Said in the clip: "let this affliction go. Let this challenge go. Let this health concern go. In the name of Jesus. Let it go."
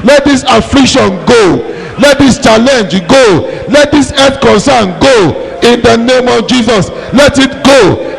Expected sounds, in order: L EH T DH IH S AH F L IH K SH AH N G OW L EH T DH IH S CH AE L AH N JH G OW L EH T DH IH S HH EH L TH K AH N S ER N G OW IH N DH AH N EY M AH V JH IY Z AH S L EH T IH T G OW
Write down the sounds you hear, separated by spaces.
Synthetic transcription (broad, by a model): L EH T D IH S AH F L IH K SH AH N G OW L EH T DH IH S CH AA L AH N JH G OW L EH T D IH S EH TH K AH N S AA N G OW IH N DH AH N EY M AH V JH IY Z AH S L EH T IH T G OW